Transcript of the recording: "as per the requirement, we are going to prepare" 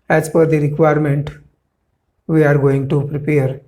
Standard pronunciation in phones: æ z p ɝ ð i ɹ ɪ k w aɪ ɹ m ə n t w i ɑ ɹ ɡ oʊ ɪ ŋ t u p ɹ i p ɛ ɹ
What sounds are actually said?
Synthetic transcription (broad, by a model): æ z f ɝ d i ɹ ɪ k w aɪ ɹ m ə n t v i ɑ ɹ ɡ oʊ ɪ ŋ t u p ɹ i p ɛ ɹ